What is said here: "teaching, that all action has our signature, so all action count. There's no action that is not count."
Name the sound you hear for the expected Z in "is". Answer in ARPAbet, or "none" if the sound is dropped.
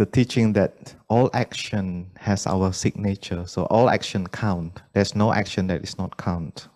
S